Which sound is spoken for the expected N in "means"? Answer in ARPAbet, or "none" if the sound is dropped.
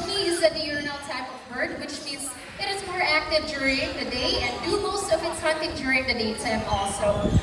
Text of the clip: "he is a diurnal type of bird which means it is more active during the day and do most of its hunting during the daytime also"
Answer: none